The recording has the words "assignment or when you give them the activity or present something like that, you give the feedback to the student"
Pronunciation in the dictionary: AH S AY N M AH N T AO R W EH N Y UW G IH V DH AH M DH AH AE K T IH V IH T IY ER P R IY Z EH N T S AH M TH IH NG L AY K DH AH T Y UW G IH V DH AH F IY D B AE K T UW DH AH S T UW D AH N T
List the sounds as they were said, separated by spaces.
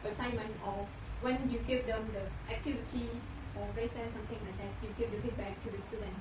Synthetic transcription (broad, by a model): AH S AY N M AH N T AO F W EH N Y UW G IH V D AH M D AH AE K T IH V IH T IY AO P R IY S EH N S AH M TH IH NG L AY K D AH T Y UW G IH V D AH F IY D B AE K T UW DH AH S T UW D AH N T